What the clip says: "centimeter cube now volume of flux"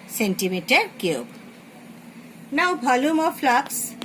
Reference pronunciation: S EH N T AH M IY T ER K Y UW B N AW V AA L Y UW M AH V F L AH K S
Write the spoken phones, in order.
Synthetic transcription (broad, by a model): S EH N T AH M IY T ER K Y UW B N AW B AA L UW M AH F L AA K S